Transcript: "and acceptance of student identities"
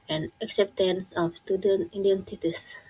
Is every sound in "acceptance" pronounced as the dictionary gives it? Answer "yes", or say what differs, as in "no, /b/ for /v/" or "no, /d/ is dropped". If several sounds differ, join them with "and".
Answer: yes